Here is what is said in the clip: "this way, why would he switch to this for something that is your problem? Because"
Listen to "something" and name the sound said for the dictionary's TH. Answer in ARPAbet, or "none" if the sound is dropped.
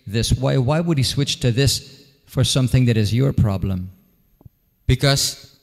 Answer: TH